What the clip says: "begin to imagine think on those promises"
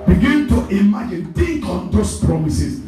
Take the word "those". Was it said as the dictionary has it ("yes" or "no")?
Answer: no